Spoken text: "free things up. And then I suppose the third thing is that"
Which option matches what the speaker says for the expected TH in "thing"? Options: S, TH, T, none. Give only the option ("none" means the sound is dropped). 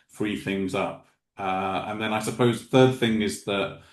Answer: TH